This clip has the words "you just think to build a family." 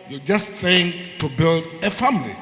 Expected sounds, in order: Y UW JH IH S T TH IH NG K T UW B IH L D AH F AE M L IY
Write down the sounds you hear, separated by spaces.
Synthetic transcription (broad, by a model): Y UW JH IH S T S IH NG T UW B IH L D AH F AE M L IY